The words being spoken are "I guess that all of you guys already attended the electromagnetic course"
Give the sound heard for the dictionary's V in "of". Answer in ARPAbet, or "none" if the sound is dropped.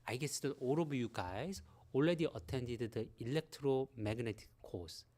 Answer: B